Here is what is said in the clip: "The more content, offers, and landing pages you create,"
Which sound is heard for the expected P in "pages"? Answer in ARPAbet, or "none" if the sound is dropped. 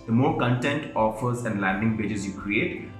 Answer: B